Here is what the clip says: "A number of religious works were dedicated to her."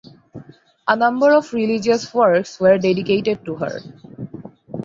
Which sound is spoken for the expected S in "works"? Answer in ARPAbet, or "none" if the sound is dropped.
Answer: S